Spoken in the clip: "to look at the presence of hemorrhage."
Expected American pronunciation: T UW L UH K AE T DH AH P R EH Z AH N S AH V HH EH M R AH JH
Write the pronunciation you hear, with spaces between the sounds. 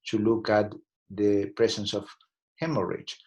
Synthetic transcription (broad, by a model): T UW L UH K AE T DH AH P R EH S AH N S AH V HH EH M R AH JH